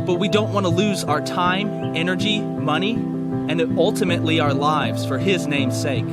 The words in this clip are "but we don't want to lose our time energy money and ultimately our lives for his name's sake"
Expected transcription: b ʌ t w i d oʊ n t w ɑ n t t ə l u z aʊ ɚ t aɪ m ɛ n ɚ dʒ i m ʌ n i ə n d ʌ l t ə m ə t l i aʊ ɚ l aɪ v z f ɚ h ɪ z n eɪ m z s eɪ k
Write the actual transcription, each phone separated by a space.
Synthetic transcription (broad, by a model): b ʌ t w i d oʊ n t w ɑ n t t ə l u z aʊ ɚ t aɪ m ɛ n ɚ dʒ i m ʌ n i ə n ʌ l t ə m ə t l i aʊ ɚ l aɪ v z f ɚ ɪ z n eɪ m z s eɪ k